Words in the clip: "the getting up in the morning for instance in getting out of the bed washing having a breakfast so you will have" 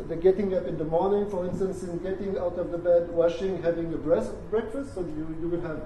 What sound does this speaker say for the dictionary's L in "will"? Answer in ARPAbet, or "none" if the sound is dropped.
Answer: W